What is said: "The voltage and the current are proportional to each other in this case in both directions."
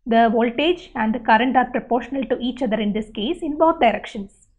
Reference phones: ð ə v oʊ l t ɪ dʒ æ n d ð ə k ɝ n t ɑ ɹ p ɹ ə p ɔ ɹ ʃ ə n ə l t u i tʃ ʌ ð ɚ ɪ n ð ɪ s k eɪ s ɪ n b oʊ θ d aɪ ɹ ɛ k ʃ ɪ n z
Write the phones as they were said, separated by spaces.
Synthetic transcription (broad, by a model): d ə v oʊ l t ɪ dʒ æ n d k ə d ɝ n t ɑ ɹ p ɹ ə p ɔ ɹ ʃ ə n ə l t u i tʃ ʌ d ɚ ɪ n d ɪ s k eɪ s ɪ n b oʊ t d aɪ ɹ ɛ k ʃ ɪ n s